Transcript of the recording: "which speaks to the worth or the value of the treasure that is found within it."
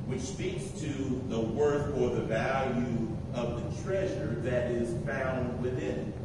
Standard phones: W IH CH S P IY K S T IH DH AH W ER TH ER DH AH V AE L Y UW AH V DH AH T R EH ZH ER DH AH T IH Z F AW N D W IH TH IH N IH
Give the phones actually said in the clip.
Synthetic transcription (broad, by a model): W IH CH S P IY K S T IH DH AH W ER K ER DH AH V AE L Y UW AH V DH AH T R EH ZH ER DH AH T IH Z F AW N D W IH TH IH N